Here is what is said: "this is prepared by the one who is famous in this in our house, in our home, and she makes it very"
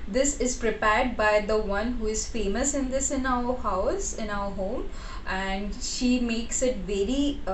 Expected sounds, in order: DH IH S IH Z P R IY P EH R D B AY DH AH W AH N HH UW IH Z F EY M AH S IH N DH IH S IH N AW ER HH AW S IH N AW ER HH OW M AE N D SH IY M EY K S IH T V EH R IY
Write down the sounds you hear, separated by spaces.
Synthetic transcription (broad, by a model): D IH S IH Z P R IY P EH R D B AY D AH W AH N HH UW IH Z F EY M AH S IH N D IH S IH N AW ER HH AW S IH N AW ER HH OW M AE N D SH IY M EY K S IH T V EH R IY